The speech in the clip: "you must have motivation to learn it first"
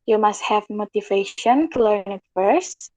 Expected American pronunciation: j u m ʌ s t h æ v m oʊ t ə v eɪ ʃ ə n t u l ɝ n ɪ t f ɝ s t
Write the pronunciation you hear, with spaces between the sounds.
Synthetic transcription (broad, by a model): j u m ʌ s t h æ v m oʊ t ə v eɪ ʃ ə n t u l ɝ n ɪ t f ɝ s t